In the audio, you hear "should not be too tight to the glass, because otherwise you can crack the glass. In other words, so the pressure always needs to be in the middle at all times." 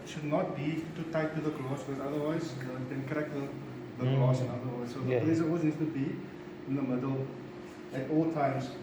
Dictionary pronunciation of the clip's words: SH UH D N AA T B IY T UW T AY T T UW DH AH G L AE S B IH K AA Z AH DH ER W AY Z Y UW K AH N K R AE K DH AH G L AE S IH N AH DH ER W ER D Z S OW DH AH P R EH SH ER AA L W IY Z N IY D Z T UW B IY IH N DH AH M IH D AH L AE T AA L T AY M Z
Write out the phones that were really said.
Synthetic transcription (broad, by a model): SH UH D N AA T B IY T UW T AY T T UW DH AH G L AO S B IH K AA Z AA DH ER W AY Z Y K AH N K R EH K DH AH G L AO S IH N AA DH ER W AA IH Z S OW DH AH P L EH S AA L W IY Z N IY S T UW B IY IH N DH AH M IH D AH L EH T AA L T AY M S